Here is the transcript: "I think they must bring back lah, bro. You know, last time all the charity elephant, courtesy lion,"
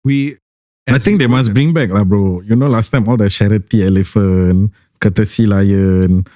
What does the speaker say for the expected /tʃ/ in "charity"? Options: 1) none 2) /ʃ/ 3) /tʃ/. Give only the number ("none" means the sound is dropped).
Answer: 2